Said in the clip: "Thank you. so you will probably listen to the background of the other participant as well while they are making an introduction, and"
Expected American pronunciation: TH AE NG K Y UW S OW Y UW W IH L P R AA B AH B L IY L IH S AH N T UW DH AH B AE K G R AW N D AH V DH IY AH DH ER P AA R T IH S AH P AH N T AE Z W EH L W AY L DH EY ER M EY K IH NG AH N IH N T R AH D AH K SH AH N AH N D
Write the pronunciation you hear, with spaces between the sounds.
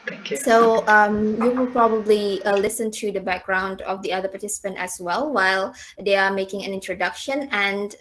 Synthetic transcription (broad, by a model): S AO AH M Y UW W IH L P R AA B AH B L IY L IH S AH N T UW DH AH B AE K G R AW N D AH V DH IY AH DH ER P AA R T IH S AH P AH N T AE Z W EH L W AY L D EY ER M EY K IH NG AH N IH N T R AH D AH K SH AH N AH N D